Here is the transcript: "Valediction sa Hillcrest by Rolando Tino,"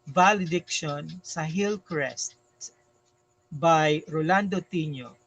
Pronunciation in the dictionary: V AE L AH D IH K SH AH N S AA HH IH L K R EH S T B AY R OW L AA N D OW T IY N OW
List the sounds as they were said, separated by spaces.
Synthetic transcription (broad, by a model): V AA L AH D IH K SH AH N S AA HH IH L K R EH S T B AY R OW L AA N D OW T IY N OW